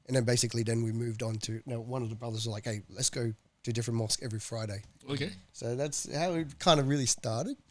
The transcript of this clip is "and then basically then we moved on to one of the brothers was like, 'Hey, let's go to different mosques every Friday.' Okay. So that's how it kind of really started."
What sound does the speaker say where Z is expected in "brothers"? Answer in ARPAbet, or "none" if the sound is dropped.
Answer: Z